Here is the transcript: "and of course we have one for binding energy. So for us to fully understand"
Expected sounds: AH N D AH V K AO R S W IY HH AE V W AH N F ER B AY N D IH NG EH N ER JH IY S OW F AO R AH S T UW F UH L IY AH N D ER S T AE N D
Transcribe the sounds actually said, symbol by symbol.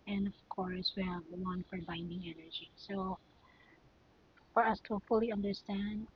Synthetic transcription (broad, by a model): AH N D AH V K AO R S W IY HH AE V W AH N F ER B AY N D IH NG EH N ER JH IY S OW F AO R AH S T UW F UH L IY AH N D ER S T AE N D